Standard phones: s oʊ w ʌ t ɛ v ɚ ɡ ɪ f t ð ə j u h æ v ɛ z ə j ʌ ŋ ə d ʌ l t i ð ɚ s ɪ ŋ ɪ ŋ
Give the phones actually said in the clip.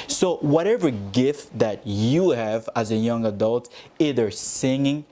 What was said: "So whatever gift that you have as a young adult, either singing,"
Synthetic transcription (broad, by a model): s oʊ w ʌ t ɛ v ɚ ɡ ɪ f t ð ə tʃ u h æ v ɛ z ə j ʌ ŋ ə d ʌ l t i ð ɚ s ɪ ŋ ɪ ŋ